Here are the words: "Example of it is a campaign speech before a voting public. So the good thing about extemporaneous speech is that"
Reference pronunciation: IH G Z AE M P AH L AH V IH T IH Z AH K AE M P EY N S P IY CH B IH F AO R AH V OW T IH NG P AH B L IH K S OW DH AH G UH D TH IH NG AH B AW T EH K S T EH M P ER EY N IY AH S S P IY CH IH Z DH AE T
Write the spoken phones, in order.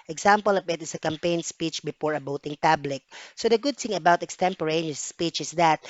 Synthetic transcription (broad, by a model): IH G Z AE M P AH L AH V IH T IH S AH K AE M P EY N S P IY CH B IH F AO R AH B OW T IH NG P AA B L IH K S OW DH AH G UH D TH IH NG AH B AW T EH K S T EH M P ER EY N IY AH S S P IY CH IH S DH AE T